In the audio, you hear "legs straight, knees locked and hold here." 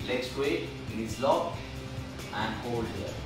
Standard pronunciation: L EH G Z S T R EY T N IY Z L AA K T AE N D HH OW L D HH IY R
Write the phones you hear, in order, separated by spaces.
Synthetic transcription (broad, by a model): L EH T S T W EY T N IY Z L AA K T AE N D HH OW L D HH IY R